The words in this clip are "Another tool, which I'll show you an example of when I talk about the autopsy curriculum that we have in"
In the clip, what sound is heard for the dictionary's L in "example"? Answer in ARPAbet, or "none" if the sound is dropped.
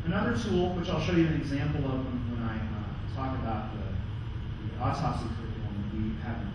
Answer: W